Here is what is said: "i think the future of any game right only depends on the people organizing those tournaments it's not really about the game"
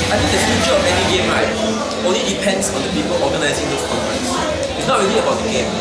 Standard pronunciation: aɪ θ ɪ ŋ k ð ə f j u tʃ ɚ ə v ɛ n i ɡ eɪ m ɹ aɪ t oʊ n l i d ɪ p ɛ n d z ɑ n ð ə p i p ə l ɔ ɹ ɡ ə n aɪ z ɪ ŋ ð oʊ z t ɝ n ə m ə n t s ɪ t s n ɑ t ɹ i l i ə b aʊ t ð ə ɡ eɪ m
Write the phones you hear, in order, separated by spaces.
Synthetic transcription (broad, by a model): aɪ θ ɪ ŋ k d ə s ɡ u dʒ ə b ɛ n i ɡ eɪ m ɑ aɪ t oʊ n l i d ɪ p ɛ n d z ɑ n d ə p i p ə l ɔ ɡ ə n aɪ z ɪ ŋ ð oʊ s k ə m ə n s ɪ t s n ɑ t ɹ i l i ə b aʊ t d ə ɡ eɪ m